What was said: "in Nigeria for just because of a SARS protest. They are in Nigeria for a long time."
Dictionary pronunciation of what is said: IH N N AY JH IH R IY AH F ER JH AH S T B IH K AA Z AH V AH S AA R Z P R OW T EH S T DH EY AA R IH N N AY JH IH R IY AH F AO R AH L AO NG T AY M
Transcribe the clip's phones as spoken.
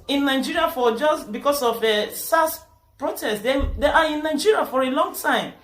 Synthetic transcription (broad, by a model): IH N N AY JH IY R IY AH F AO JH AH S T B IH K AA S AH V AH S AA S P R OW T EH S T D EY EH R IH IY N AY JH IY R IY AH F AO R AH L AO NG T AY M